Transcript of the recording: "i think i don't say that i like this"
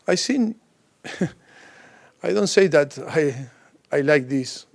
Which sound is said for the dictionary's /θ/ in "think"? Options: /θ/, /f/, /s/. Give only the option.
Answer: /s/